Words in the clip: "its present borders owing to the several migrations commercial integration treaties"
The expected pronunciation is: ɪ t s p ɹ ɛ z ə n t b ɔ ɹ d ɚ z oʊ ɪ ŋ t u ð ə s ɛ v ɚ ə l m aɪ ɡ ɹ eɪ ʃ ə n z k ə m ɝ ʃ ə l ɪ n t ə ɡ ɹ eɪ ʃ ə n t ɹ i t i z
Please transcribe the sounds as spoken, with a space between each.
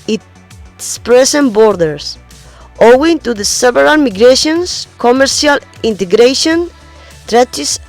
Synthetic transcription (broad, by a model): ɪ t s p ɹ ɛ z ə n b ɔ ɹ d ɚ s oʊ ɪ ŋ t u ð ə s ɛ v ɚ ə l m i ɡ ɹ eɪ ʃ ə n s k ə m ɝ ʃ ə l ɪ n t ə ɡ ɹ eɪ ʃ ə n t ɹ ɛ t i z